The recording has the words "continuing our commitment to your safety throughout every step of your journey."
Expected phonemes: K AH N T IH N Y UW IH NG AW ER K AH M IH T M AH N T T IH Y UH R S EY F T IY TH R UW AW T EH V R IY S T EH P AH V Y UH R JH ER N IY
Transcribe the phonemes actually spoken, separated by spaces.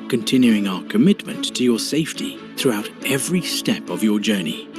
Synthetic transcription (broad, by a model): K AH N T IH N Y UW IH NG AW ER K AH M IH T M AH N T T IH Y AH R S EY F T IY TH R UW AW T EH V R IY S T EH P AH V Y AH R JH ER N IY